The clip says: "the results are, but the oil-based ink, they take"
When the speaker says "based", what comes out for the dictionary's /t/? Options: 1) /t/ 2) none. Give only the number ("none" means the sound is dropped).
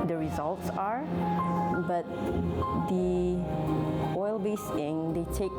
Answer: 2